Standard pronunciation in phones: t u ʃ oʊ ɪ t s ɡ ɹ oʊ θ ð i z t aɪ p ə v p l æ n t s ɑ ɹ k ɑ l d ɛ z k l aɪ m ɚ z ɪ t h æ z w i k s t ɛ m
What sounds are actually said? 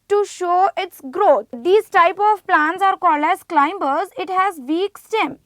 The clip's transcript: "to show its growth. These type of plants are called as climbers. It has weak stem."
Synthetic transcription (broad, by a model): t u ʃ oʊ ɪ t s ɡ ɹ oʊ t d i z t aɪ p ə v p l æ n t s ɑ ɹ k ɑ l ɛ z k l aɪ m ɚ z ɪ t h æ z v i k s t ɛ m